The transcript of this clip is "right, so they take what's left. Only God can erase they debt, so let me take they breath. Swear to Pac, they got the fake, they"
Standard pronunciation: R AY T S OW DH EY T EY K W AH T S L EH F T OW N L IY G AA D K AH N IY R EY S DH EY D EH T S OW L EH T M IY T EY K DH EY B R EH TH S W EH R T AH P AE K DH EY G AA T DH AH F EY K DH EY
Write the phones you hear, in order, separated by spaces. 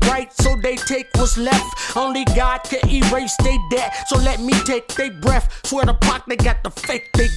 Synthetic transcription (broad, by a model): R AY T S OW DH EY T EY K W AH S L EH F T OW N L IY G AA D K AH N IY R EY S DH EY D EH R S OW L EH T M IY T EY K DH EY B R EH TH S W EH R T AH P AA K DH EY G AA T DH AH F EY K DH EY